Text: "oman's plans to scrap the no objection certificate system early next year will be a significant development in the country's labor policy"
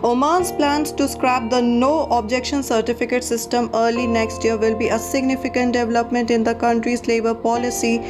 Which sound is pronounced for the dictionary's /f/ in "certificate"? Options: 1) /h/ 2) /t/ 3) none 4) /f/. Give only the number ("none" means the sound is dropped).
4